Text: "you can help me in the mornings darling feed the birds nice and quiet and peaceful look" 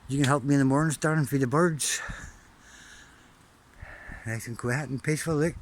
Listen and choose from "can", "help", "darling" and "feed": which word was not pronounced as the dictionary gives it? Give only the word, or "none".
darling